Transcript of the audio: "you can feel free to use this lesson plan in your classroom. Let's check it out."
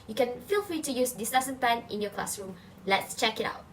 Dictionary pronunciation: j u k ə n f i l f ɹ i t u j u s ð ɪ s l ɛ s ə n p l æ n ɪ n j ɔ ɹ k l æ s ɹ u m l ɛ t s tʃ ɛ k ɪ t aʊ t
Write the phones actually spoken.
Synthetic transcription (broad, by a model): j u k ə n f i l f ɹ i t u j u s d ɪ s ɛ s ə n p l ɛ n ɪ n j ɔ k l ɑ s ɹ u m l ɛ t s tʃ ɛ k ɪ t aʊ t